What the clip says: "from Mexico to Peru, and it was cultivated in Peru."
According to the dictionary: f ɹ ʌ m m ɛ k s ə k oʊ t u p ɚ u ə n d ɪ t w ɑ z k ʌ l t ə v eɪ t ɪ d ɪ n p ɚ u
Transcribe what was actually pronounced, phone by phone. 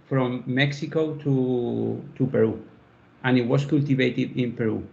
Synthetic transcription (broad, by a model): f ɹ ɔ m m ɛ k s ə k oʊ t u p ɚ u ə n ɪ t w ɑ s k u l t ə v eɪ t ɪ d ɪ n p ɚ u